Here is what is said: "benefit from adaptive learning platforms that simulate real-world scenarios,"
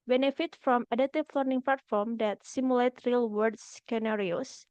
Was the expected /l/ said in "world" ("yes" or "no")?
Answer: no